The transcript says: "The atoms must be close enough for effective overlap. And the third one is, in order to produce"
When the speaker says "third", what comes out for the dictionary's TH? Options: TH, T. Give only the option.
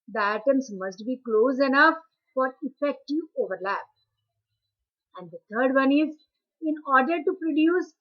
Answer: T